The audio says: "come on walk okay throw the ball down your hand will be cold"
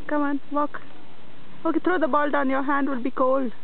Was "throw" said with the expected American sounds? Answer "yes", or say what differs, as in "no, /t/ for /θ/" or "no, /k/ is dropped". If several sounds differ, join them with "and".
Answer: no, /t/ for /θ/